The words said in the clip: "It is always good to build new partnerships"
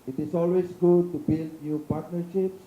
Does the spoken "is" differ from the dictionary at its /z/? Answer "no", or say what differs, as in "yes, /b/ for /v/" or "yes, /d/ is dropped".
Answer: yes, /s/ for /z/